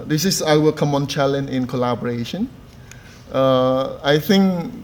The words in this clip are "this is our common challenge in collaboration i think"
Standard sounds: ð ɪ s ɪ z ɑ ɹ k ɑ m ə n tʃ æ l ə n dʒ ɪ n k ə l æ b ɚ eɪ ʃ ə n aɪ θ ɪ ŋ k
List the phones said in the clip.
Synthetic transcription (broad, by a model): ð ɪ s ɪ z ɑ w k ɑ m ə n tʃ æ l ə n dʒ ɪ n k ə l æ b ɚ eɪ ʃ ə n aɪ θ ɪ ŋ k